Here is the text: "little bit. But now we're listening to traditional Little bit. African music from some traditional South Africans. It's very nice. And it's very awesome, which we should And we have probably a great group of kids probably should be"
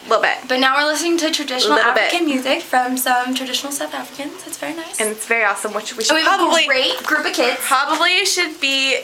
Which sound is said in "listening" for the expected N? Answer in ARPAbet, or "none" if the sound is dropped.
N